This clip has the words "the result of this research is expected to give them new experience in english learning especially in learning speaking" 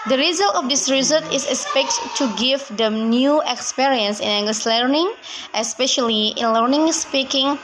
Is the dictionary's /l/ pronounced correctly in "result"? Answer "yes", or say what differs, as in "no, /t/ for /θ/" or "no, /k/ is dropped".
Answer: yes